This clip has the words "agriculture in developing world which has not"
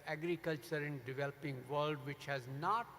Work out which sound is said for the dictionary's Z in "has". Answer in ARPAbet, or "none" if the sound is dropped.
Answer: Z